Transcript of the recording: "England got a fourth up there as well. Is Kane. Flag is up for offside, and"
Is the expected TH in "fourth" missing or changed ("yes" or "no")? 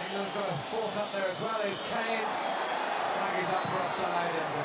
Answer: no